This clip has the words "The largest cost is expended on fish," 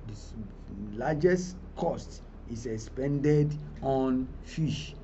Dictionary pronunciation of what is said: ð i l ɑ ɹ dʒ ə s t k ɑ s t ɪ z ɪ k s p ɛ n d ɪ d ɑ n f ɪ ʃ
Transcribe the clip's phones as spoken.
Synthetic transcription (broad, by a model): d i l ɑ dʒ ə s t k ɑ s t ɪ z ɪ k s p ɛ n d ɪ d ɑ n f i ʃ